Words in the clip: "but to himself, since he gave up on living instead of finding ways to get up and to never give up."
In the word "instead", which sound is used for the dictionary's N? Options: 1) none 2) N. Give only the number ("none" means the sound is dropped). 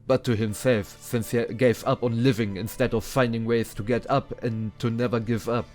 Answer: 2